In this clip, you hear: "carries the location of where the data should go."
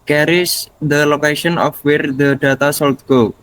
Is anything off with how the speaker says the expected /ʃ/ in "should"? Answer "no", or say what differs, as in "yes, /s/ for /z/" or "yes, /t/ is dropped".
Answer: yes, /s/ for /ʃ/